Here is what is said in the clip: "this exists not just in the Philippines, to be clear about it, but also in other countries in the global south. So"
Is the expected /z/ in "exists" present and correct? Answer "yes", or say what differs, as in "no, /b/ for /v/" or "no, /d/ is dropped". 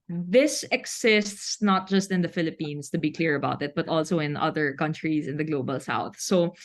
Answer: no, /s/ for /z/